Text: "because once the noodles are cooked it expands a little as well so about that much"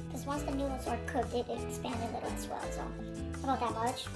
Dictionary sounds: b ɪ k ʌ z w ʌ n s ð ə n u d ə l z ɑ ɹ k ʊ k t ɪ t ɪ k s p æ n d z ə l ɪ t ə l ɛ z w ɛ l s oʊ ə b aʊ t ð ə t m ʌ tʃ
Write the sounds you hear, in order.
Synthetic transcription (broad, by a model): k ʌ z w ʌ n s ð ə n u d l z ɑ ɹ k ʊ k ɪ t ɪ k s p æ n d ə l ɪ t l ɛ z w ɛ l s oʊ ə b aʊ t ð ə t m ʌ tʃ